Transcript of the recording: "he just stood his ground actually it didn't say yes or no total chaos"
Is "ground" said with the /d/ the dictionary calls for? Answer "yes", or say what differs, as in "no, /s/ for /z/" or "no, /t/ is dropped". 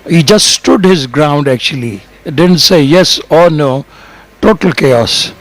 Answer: yes